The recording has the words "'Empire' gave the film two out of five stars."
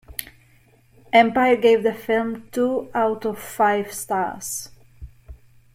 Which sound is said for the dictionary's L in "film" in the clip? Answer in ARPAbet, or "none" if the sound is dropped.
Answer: L